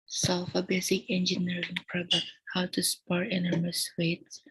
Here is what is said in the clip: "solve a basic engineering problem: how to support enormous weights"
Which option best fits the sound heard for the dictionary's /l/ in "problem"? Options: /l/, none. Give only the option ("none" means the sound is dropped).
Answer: none